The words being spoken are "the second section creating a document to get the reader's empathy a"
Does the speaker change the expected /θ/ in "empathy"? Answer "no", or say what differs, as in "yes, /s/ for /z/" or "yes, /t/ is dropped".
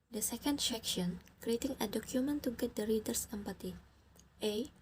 yes, /t/ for /θ/